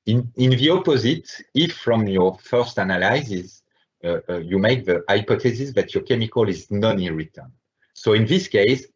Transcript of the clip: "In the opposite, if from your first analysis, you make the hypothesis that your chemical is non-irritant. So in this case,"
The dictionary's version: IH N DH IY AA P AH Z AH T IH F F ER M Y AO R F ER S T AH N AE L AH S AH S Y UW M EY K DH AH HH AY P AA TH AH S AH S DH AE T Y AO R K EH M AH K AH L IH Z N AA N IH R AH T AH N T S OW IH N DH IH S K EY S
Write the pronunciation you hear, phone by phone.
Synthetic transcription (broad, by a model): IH N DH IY AA P AH Z AH T IH F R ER M Y AO R F ER S T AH N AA L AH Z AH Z Y UW M EY K DH AH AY P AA T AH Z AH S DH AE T Y AO R K EH M AH K AH L IH Z N AA N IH R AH T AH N S OW IH N DH IH S K EY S